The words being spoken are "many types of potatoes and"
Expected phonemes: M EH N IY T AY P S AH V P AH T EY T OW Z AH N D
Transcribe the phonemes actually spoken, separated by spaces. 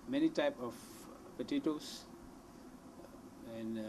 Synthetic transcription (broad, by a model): M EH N IY T AY P AH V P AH T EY T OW S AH N